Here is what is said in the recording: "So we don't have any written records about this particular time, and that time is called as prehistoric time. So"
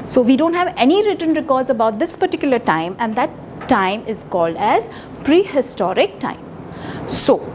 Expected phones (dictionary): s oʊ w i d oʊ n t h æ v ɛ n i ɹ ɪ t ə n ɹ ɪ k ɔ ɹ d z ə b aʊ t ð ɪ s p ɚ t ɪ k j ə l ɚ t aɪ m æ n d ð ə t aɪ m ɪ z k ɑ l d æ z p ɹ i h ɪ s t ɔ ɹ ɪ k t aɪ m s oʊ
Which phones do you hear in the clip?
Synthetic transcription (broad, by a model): s oʊ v i d oʊ n t h æ v ɛ n i ɹ ɪ t ə n ɹ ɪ k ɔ ɹ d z ə b aʊ t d ɪ s p ɚ t ɪ k j ə l ɚ t aɪ m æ n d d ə t aɪ m ɪ z k ɑ l d æ z p ɹ i h ɪ s t ɔ ɹ ɪ k t aɪ m s oʊ